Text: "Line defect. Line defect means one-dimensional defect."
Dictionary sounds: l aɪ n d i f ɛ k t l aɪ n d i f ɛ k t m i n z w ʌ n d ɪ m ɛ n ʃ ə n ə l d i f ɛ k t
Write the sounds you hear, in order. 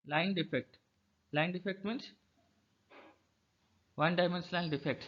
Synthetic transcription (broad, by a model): l aɪ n d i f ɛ k t l aɪ n d i f ɛ k t m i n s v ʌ n d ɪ m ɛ n s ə ə n d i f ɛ k t